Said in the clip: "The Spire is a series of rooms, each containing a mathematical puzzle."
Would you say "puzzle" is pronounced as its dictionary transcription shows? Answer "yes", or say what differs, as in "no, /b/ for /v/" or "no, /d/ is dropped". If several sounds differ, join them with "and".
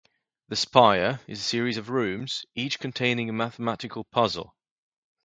yes